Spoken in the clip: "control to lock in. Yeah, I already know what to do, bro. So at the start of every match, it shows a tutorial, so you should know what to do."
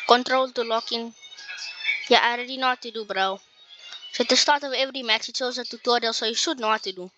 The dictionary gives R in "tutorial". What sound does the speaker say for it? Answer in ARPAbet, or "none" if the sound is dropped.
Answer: none